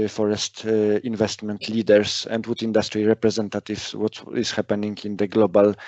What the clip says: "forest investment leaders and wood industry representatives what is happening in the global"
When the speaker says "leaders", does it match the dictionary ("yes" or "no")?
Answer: no